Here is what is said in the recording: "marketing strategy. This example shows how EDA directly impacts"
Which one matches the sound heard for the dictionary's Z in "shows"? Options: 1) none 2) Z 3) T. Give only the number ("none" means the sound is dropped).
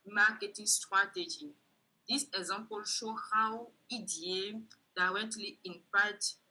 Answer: 1